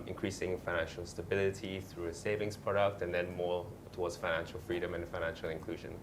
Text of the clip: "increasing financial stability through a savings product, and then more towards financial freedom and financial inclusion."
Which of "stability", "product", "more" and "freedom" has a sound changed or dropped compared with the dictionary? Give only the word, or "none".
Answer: none